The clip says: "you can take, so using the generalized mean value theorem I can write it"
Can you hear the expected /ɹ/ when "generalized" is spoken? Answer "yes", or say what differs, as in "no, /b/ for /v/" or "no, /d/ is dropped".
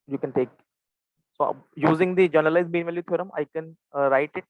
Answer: no, /ɹ/ is dropped